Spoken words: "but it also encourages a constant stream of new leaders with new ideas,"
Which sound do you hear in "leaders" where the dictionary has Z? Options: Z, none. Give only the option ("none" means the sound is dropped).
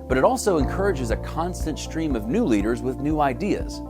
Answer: Z